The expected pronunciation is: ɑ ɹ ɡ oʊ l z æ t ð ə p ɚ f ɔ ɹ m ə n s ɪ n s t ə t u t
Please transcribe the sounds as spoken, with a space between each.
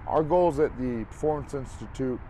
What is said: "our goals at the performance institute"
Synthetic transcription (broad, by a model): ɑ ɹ ɡ oʊ l z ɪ t ð ə p ɚ f ɔ ɹ m ə n s ɪ n s t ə t u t